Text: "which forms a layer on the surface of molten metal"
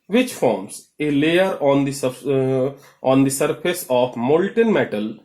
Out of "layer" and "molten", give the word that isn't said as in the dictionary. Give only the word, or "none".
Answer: none